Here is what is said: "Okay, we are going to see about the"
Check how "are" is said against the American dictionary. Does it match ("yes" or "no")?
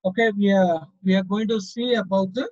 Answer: no